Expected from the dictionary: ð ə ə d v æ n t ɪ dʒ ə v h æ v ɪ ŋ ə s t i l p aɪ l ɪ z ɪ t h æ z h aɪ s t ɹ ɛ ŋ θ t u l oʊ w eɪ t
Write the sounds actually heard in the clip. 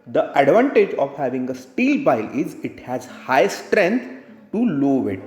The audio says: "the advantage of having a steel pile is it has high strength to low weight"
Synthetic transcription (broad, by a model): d ə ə d v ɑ n t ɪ dʒ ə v h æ v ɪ ŋ ə s t i l b aɪ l ɪ z ɪ t h æ z h aɪ s t ɹ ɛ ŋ t t u l oʊ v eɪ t